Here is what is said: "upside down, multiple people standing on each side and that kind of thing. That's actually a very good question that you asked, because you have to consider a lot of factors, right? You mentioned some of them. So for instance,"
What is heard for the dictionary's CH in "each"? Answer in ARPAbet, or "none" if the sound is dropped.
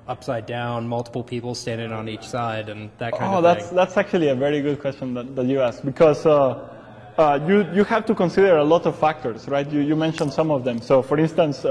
CH